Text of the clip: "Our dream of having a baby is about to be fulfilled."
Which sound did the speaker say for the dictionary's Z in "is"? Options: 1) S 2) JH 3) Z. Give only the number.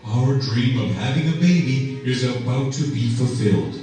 3